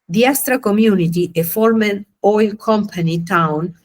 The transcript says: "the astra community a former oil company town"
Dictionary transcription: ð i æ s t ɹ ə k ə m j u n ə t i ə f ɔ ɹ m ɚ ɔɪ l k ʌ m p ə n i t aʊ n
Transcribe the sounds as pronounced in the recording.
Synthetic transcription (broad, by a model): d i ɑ s t ɹ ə k ə m j u n ə t i ə f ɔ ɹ m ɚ ɔɪ l k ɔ m p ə n i t aʊ n